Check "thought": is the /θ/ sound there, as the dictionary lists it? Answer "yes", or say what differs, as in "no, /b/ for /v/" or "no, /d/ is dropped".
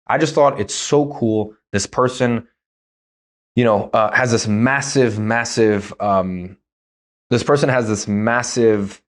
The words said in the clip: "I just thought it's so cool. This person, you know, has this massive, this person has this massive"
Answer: yes